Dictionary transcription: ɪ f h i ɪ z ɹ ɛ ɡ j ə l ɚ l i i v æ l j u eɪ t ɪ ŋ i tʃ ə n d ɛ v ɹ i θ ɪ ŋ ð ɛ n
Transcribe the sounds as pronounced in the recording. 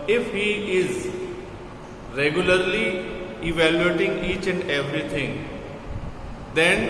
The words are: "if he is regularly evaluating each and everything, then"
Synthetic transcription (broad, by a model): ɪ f h i ɪ z ɹ ɛ ɡ j ə l ɚ l i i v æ l j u eɪ t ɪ ŋ i tʃ ə n d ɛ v ɹ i t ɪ ŋ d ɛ n